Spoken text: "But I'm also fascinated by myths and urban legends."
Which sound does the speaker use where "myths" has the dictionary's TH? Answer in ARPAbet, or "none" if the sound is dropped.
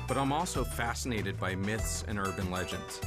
TH